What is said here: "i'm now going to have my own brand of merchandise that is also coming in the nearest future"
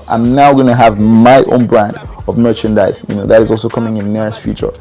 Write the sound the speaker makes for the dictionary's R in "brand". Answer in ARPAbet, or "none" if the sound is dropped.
R